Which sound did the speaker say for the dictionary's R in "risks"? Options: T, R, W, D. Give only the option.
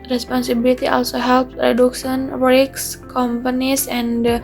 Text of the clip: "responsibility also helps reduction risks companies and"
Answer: W